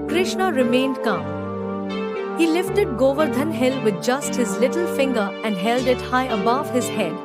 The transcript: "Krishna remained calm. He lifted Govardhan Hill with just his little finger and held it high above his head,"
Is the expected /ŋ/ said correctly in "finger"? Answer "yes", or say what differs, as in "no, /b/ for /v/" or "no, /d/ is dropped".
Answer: yes